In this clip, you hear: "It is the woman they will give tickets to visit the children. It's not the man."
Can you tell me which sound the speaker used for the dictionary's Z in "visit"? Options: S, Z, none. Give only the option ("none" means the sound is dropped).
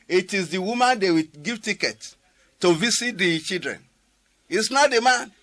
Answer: S